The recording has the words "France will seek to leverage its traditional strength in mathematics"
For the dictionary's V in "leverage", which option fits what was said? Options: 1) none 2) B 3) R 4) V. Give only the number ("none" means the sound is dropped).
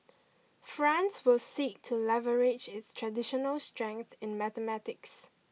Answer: 4